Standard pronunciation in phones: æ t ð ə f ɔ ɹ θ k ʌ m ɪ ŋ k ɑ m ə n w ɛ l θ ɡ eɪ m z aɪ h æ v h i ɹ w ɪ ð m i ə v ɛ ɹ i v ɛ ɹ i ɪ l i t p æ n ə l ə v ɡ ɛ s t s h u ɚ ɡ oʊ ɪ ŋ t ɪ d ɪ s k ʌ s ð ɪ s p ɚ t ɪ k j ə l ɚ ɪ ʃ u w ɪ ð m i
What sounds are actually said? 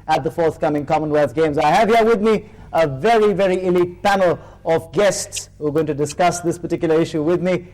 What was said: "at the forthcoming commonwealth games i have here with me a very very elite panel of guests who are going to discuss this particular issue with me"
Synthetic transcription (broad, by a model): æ t ð ə f ɔ ɹ θ k ʌ m ɪ ŋ k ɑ m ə n w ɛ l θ ɡ eɪ m z aɪ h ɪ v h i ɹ w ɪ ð m i ə v ɛ ɹ i v ɛ ɹ i ɪ l i t p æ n l ə v ɡ ɛ s t s h u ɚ ɡ oʊ ɪ ŋ t ɪ d ɪ s k ʌ s ð ɪ s p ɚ t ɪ k j l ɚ ɪ ʃ u w ɪ ð m i